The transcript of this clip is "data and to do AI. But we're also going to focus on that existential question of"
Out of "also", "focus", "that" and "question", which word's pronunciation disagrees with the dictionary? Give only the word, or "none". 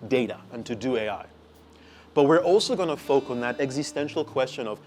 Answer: focus